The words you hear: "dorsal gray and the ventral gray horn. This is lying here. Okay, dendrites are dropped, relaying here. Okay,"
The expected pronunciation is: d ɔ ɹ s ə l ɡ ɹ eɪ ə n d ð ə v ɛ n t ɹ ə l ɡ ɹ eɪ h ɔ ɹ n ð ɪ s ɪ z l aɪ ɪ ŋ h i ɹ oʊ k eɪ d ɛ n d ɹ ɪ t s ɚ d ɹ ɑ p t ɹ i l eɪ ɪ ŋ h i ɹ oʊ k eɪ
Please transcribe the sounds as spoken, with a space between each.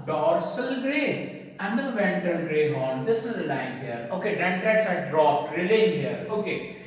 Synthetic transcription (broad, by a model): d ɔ ɹ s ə l ɡ ɹ eɪ ə n d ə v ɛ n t ə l ɡ ɹ eɪ h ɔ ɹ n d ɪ s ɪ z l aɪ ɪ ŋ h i ɹ oʊ k eɪ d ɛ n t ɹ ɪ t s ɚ d ɹ ɑ p t ɹ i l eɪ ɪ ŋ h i ɹ oʊ k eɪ